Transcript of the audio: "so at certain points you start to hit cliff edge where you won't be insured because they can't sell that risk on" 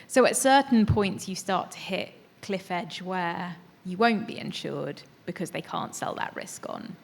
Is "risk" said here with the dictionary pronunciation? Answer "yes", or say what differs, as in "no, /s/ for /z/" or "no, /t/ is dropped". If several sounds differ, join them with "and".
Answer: yes